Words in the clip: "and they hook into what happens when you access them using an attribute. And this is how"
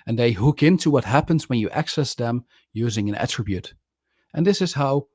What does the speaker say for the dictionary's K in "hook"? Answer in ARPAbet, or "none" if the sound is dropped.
K